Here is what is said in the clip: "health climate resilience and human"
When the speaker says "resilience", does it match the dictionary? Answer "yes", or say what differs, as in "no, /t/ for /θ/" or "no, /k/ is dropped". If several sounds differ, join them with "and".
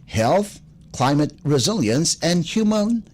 yes